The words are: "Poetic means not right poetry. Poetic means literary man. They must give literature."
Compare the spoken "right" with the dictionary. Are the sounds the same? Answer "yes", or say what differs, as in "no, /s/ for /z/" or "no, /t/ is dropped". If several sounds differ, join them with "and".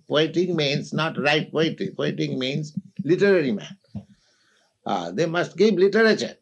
yes